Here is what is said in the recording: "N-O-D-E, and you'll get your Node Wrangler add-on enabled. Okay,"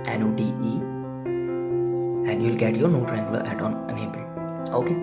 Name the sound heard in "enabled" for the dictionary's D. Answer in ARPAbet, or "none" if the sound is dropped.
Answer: none